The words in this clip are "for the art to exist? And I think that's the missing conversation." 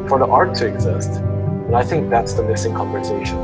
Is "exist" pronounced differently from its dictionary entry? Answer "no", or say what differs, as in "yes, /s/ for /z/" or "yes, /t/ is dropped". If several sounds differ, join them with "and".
no